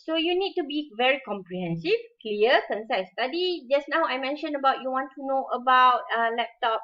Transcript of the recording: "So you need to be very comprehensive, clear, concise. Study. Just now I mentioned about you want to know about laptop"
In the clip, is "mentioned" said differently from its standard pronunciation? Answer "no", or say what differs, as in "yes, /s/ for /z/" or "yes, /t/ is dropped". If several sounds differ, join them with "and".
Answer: yes, /d/ is dropped